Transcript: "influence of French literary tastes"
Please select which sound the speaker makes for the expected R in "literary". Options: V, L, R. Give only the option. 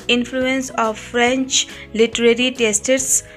R